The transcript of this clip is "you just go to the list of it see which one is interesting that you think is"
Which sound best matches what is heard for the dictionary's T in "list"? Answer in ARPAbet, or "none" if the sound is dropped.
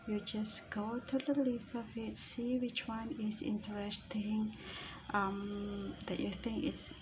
none